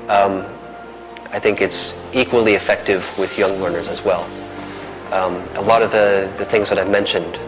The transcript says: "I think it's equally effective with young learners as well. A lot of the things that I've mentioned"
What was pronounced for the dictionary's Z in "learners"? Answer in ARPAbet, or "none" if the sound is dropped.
Z